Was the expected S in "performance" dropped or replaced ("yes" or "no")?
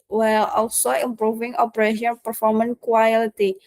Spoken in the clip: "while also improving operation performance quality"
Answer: yes